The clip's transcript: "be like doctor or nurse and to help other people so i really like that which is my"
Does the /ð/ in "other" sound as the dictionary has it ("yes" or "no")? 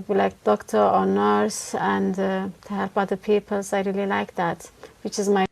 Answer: no